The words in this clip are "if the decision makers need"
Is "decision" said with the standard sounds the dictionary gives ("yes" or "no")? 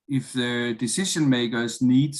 no